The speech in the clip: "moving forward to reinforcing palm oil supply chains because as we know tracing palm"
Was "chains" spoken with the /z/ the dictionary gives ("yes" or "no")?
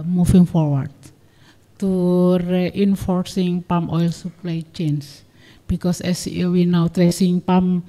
no